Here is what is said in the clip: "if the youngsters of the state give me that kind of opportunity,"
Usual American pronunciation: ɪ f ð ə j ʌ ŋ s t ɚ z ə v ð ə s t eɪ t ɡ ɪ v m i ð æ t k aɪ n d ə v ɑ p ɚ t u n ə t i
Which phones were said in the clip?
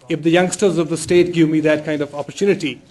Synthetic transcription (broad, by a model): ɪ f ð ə j ʌ ŋ s t ɚ z ə v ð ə s t eɪ t ɡ ɪ v m i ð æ t k aɪ n d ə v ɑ p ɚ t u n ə t i